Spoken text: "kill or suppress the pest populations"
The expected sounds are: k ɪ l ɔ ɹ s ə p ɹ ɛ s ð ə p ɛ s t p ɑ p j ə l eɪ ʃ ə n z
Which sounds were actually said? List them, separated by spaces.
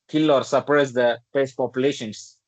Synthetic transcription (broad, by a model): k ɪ l ɔ ɹ s ə p ɹ ɛ s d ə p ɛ s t p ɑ p j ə l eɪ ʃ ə n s